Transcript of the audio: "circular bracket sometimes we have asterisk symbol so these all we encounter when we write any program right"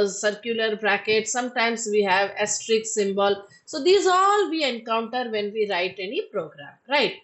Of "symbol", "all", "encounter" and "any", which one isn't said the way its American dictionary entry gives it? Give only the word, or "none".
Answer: none